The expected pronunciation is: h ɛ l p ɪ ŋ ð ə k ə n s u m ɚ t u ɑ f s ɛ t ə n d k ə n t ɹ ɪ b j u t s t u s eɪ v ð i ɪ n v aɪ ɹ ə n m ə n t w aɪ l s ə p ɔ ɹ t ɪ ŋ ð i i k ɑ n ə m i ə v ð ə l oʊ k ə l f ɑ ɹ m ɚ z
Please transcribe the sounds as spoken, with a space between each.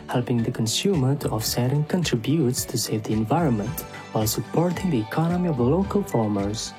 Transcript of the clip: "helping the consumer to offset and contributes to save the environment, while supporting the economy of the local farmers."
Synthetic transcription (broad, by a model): h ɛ l p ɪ ŋ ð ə k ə n s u m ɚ t u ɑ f s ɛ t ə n k ə n t ɹ ɪ b j u t s t u s eɪ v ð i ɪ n v aɪ ɹ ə n m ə n t w aɪ l s ə p ɔ ɹ t ɪ ŋ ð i i k ɑ n ə m i ə v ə l oʊ k ə l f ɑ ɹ m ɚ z